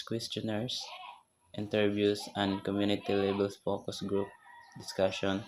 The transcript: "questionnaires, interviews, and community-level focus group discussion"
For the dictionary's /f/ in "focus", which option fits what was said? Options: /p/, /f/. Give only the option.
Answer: /p/